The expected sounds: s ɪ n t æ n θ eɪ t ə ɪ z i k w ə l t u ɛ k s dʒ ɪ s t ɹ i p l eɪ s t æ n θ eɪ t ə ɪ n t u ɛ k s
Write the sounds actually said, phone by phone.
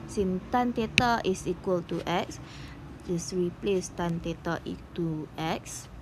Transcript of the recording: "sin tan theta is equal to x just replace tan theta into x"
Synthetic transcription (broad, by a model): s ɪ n t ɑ n t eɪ t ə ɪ s i k w ə l t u ɛ k s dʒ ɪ s ɹ i p l eɪ s t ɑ n t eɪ t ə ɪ t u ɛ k s